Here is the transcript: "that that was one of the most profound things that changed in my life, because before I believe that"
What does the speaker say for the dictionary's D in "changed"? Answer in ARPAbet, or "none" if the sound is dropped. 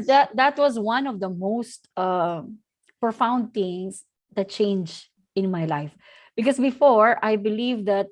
none